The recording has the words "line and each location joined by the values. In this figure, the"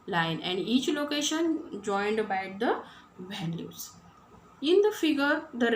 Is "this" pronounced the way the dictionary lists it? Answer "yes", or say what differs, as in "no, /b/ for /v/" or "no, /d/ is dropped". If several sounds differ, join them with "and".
no, /s/ is dropped